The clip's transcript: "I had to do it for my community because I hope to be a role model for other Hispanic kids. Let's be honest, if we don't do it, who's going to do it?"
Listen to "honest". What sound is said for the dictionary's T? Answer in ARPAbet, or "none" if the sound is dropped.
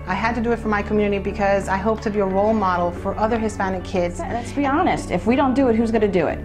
T